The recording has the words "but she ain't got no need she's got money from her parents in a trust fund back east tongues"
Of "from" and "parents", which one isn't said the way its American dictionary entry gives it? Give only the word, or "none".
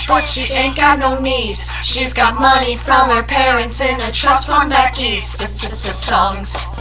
none